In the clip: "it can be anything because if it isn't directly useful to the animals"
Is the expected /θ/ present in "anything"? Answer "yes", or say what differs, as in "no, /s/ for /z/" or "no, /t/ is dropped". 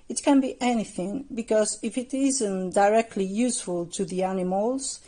yes